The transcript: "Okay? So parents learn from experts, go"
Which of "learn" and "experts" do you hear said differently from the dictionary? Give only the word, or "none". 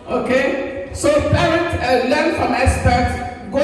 experts